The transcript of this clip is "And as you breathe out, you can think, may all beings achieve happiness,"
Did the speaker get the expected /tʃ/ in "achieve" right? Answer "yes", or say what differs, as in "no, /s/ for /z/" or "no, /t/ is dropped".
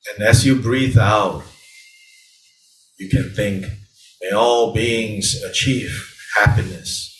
yes